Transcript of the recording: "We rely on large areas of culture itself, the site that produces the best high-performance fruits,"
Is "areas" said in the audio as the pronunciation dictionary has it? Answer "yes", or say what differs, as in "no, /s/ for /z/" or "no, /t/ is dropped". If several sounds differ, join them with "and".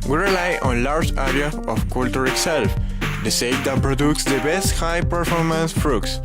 no, /z/ is dropped